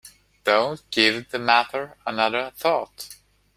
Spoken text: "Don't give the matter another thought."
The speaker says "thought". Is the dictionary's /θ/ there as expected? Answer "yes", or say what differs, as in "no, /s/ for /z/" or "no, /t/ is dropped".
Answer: yes